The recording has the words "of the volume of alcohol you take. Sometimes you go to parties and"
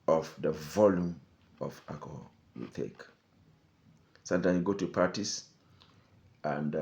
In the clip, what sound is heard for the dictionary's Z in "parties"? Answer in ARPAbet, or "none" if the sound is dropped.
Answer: S